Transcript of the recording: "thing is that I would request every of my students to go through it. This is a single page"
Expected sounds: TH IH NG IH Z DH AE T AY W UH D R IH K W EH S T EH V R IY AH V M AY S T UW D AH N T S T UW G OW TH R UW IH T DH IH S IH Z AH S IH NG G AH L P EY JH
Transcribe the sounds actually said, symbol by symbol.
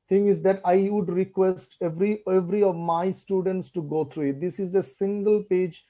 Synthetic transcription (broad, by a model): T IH NG IH Z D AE T AY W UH D R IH K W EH S T EH V R IY AH V M AY S T UW D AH N T S T UW G OW T R UW IH T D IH S IH Z AH S IH NG G AH L P EY JH